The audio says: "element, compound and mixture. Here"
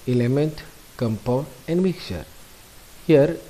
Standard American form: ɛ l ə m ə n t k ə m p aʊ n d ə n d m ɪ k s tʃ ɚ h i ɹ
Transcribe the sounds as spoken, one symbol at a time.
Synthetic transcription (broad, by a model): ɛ l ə m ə n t k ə m p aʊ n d ə n d m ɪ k tʃ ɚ h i ɹ